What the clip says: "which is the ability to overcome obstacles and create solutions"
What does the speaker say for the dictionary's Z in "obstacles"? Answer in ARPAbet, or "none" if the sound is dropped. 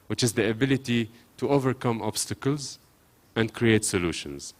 Z